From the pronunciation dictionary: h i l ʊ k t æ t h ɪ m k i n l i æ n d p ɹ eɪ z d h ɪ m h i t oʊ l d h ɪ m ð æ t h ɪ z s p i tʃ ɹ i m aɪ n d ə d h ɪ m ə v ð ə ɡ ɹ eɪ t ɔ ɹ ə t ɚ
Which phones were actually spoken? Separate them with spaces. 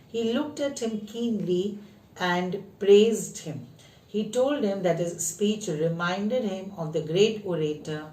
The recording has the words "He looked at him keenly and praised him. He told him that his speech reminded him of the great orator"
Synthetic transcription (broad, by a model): h i l ʊ k t æ t h ɪ m k i n l i æ n d p ɹ eɪ z d h ɪ m h i t oʊ l d h ɪ m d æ t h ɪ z s p i tʃ ɹ i m aɪ n d ə d h ɪ m ə v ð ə ɡ ɹ eɪ t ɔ ɹ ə t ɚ